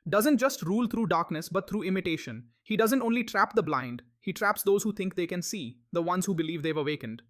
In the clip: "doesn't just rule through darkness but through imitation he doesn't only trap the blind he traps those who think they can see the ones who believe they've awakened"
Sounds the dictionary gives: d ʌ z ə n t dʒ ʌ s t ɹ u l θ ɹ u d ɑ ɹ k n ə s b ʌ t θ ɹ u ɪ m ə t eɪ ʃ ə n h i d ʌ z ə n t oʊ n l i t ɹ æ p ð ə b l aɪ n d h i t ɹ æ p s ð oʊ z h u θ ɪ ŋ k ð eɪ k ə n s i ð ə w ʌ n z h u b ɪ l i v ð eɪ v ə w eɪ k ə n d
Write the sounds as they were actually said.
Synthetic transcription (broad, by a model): d ʌ z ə n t dʒ ʌ s t ɹ u l t ɹ u d ɑ ɹ k n ə s b ʌ t t ɹ u ɪ m ə t eɪ ʃ ə n h i d ʌ z ə n t oʊ n l i t ɹ æ p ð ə b l aɪ n d h i t ɹ æ p s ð oʊ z h u t ɪ ŋ k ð eɪ k ə n s i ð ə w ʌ n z h u b ɪ l i v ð eɪ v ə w eɪ k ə n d